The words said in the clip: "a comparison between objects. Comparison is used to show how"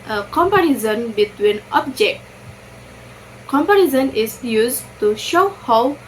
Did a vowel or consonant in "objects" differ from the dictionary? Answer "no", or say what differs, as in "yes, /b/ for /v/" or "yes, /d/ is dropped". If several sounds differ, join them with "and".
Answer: yes, /s/ is dropped